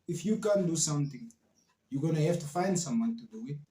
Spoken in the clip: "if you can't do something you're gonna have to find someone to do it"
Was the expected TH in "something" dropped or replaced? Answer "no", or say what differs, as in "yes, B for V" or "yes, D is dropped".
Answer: yes, T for TH